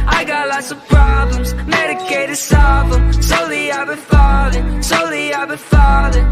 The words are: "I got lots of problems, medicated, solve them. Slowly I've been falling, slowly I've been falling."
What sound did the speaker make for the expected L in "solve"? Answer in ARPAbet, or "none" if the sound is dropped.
none